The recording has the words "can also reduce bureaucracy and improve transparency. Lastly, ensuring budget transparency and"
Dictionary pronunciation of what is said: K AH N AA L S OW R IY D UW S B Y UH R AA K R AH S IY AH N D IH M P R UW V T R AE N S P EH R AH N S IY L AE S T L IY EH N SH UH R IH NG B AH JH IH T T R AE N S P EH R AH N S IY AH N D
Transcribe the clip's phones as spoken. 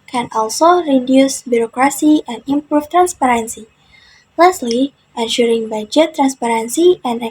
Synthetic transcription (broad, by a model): K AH N AA L S OW R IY D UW S B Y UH R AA K R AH S IY AH N D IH M P R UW F T R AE N S P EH R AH N S IY L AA S T L IY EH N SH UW R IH NG B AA JH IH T T R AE N S P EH R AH N S IY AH N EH